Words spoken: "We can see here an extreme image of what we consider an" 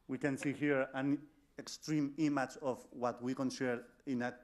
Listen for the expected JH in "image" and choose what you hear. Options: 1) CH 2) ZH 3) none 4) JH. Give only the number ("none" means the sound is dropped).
1